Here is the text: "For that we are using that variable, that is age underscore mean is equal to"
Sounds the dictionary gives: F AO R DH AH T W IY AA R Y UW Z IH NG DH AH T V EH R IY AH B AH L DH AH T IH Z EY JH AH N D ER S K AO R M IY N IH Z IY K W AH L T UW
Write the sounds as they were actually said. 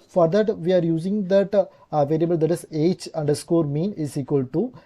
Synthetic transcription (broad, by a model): F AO R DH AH T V IY AA R Y UW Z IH NG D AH T V EH L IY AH B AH L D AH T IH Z EY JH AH N D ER S K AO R M IY N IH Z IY K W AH L T UW